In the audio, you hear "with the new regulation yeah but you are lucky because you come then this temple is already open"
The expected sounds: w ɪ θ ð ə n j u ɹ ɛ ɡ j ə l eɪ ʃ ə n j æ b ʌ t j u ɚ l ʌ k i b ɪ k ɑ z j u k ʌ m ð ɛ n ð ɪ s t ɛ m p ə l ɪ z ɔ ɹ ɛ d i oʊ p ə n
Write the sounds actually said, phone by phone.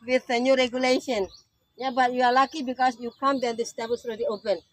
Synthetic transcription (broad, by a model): w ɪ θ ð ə n j u ɹ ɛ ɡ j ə l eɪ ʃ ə n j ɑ b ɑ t j u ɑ l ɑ k i b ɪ k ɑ s j u k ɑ m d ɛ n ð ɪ s t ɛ p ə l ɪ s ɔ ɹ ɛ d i oʊ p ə n